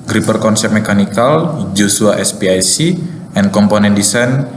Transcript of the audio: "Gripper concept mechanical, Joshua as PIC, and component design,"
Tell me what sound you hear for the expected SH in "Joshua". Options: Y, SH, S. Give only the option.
S